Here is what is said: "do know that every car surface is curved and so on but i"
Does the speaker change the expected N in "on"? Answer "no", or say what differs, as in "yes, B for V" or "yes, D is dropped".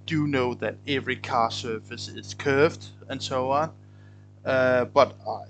no